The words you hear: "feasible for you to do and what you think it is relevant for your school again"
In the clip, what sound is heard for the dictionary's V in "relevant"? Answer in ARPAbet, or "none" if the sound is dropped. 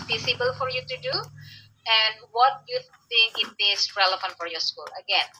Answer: F